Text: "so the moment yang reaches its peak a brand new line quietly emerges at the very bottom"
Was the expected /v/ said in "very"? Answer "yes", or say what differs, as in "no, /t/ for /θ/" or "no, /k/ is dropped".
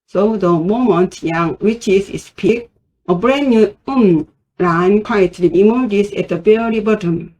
no, /b/ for /v/